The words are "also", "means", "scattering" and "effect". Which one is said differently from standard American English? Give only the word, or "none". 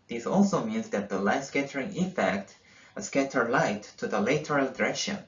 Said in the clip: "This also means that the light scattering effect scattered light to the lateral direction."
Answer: none